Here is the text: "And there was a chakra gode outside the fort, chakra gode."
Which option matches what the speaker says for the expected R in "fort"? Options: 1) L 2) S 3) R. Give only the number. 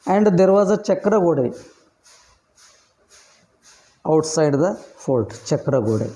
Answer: 1